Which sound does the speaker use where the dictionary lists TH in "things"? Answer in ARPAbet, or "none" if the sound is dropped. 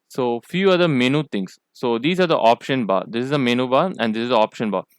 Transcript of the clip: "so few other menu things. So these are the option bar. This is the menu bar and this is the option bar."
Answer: T